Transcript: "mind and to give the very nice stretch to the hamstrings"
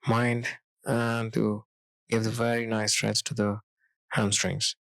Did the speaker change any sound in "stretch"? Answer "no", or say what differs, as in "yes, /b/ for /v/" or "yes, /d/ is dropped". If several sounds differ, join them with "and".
yes, /s/ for /tʃ/